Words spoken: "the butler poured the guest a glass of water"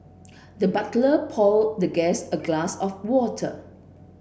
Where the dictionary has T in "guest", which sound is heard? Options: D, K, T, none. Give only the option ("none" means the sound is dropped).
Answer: none